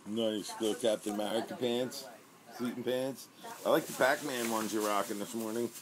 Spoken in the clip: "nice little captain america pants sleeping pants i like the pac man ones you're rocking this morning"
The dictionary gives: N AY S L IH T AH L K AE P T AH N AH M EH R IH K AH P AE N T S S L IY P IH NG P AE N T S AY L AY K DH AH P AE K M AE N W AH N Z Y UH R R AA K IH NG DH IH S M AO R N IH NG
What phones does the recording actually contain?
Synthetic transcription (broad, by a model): N AY S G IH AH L K AE P T AH N M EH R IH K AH P AE N T S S IY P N P AE N T S AY L AY K DH AH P AE K M AE N W AH N Z Y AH R R AA K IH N DH IH S M AO R N IH NG